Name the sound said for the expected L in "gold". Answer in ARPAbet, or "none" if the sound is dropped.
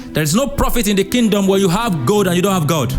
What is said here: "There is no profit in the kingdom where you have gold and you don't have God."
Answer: none